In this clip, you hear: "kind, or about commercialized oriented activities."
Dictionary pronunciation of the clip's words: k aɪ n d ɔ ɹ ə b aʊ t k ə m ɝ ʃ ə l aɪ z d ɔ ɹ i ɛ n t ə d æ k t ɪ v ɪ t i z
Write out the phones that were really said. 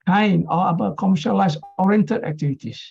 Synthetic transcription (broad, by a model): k aɪ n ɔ l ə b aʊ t k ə m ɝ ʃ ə l aɪ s ɔ ɹ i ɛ n t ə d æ k t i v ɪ t i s